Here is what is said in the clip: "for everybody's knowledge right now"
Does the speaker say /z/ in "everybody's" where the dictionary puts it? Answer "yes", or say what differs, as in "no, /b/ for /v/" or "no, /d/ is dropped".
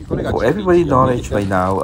no, /z/ is dropped